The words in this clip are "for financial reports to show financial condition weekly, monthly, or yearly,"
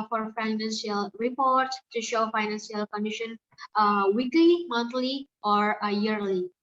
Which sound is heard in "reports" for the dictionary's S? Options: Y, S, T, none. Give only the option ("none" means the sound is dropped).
none